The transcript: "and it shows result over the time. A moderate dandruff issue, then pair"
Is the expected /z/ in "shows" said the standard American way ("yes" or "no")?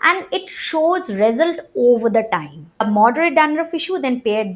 yes